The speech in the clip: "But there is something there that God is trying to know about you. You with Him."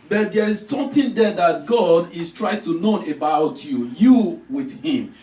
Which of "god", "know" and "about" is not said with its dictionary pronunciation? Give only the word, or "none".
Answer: none